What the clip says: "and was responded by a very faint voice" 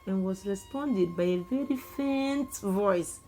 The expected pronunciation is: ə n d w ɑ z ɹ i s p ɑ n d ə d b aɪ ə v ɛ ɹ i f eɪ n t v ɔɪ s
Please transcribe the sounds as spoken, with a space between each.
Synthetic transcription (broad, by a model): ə n w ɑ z ɹ i s p ɑ n d ə d b aɪ ə v ɛ ɹ i f eɪ n t v ɔɪ s